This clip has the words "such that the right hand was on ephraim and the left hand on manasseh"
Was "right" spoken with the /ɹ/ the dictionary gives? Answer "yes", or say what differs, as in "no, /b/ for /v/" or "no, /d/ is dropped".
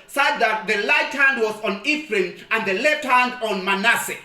no, /l/ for /ɹ/